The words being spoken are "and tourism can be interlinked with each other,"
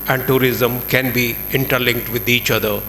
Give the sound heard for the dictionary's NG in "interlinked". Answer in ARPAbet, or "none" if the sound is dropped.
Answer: NG